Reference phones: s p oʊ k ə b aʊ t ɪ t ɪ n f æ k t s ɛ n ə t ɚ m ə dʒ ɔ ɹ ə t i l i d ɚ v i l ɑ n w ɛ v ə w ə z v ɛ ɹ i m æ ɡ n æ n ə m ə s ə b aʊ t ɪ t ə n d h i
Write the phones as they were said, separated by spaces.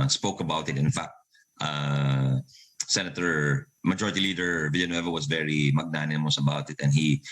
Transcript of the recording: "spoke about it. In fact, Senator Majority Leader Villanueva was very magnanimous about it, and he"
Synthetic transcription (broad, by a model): s p oʊ k ə b aʊ t ɪ t ɪ n f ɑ k t s ɛ n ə t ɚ m ə dʒ ɔ ɹ ə t i l i d ɚ v i l ɑ n w ɛ v ə w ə s v ɛ ɹ i m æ ɡ n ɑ n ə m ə s ə b aʊ t ɪ t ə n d h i